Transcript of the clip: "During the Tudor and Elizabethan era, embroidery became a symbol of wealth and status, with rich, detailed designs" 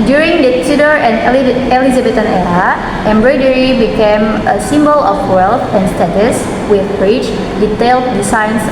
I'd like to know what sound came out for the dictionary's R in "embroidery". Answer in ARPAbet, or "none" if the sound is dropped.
R